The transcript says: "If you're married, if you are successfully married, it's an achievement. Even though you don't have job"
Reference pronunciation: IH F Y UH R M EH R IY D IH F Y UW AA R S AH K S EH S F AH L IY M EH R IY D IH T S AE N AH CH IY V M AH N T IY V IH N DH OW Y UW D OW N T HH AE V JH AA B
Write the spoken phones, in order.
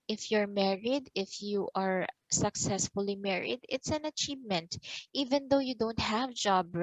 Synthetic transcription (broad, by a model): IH F Y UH R M EH R IY D IH F Y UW AA R S AH K S EH S F AH L IY M EH R IY D IH T S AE N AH CH IY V M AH N T IY V IH N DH OW Y UW D OW N T HH AE V JH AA B